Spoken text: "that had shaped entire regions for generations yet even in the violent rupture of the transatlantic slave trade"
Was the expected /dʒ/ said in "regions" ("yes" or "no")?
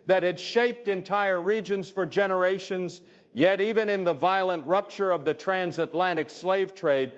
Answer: yes